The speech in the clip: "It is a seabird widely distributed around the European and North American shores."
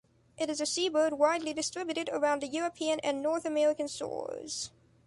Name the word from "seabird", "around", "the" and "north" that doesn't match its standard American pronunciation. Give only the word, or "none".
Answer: none